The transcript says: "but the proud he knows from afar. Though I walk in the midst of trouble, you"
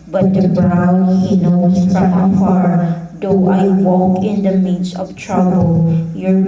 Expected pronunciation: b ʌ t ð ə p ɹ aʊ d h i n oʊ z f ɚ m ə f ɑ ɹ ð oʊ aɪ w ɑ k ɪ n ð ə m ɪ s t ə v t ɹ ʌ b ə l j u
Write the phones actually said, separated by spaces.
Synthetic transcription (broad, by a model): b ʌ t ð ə b ɹ aʊ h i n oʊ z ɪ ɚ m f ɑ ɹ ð oʊ aɪ w ɑ k ɪ n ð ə m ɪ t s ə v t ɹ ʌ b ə l j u